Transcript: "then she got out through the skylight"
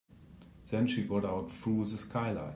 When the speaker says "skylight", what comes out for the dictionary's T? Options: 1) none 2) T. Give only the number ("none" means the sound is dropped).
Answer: 1